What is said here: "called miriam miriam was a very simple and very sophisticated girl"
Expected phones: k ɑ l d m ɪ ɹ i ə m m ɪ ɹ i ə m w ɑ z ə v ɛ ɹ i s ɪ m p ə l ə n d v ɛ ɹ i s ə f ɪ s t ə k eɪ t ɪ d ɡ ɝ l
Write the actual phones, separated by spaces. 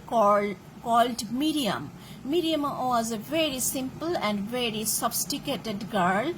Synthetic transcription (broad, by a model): k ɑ l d m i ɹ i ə m m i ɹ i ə m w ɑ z ə v ɛ ɹ i s ɪ m p ə l ə n d v ɛ ɹ i s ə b s t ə k eɪ t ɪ d ɡ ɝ l